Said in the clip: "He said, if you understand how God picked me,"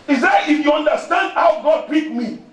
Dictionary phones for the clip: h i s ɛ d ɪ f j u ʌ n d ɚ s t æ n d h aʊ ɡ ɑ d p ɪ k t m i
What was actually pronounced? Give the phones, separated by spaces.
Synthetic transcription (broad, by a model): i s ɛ ɪ f j u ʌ n d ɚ s t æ n d h aʊ ɡ ɑ d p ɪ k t m i